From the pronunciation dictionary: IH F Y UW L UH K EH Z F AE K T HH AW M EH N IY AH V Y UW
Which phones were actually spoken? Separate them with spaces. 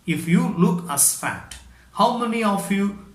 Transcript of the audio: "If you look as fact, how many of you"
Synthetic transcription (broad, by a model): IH F Y UW L UH K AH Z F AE T HH AW M EH N IY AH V Y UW